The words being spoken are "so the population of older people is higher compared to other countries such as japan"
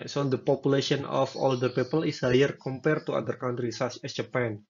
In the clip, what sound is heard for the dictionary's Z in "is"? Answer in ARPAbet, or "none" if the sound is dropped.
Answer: S